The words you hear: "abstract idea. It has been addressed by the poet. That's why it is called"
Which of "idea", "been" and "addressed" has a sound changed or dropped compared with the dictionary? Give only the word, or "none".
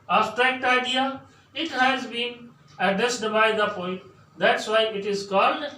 addressed